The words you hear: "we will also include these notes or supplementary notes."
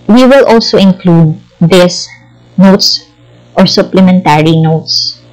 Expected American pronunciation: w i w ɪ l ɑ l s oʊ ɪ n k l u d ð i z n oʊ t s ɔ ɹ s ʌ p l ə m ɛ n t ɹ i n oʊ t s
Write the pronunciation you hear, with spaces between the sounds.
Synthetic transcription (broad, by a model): w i w ɪ l ɑ l s oʊ ɪ n k l u d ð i s n oʊ t s ɔ ɹ s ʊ p l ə m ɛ n t ɹ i n oʊ t s